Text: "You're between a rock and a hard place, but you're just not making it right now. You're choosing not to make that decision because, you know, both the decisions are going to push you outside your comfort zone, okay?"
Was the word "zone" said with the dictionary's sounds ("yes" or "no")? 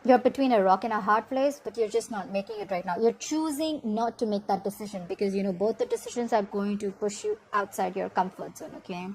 no